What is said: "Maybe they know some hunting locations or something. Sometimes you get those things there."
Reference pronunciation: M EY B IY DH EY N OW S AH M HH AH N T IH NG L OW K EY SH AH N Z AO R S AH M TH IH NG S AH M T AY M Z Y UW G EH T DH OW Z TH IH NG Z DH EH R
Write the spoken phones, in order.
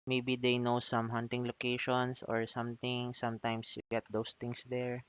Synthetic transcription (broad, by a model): M EY B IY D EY N OW S AH M HH AH N T IH NG L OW K EY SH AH N S AO R S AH M T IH NG S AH M T AY M S Y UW G EH T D OW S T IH NG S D EH R